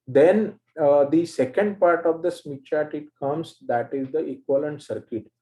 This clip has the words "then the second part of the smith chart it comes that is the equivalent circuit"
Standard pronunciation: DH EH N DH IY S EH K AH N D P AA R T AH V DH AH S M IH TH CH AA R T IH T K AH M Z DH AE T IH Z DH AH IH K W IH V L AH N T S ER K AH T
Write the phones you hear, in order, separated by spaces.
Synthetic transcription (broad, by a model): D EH N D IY S EH K AH N D P AA R T AH V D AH S M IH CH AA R T IH T K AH M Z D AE T IH Z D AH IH K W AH L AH N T S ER K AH T